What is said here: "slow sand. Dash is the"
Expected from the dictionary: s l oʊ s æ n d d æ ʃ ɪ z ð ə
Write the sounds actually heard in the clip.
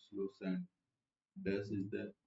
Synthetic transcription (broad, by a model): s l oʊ s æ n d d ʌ s ɪ z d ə